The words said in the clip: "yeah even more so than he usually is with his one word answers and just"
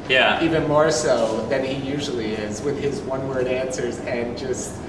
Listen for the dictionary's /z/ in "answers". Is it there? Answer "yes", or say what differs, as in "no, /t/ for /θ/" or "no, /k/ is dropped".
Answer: yes